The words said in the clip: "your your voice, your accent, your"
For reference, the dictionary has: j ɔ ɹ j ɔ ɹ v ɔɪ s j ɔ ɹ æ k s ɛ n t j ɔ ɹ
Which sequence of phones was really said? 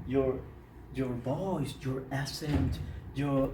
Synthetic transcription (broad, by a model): j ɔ ɹ j ɔ ɹ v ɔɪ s j ɔ ɹ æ s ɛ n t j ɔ ɹ